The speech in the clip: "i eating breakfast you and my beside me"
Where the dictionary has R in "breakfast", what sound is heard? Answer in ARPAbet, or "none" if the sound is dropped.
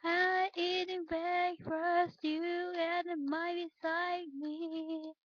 none